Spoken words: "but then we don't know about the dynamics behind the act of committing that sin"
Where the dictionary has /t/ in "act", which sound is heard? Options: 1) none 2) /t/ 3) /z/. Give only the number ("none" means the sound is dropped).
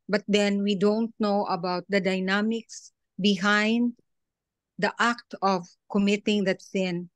2